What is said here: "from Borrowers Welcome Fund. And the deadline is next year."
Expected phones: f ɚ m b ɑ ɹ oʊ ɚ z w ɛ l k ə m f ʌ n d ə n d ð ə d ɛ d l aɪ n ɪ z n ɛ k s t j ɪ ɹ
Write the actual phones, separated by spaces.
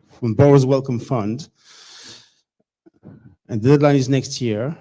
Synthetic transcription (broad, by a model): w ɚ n b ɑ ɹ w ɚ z w ɛ l k ə m f ʌ n d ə n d ð ə d ɛ d l aɪ n ɪ z n ɛ k s t j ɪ ɹ